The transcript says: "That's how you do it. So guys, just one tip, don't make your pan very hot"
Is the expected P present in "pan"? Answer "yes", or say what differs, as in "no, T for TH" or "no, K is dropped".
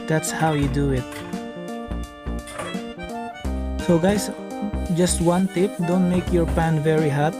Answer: yes